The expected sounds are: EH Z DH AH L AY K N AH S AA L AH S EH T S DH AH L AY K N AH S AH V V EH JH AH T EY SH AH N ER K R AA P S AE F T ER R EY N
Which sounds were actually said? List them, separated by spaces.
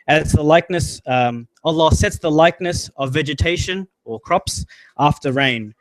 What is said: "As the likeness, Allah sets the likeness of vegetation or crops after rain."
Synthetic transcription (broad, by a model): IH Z DH AH L AY K N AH S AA L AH S EH T S DH AH L AY K N AH S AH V V EH JH AH T EY SH AH N ER K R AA P S AE F T ER R EY N